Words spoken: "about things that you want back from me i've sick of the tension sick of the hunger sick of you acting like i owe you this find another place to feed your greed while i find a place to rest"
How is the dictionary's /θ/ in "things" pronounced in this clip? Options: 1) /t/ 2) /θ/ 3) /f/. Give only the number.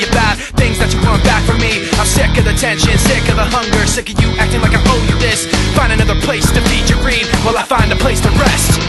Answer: 2